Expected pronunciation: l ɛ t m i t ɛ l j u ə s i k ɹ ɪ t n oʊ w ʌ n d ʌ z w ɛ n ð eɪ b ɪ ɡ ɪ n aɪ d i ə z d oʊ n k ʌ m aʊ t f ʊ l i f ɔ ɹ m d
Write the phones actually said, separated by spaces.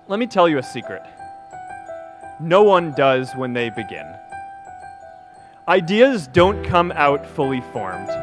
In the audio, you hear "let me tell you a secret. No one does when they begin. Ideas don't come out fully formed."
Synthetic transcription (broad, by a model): l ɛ t m i t ɛ l j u ə s i k ɹ ɪ t n oʊ w ʌ n d ʌ z w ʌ n ð eɪ b ɪ ɡ ɪ n aɪ d i ə z d oʊ n k ʌ m aʊ t f ʊ l i f ɔ ɹ m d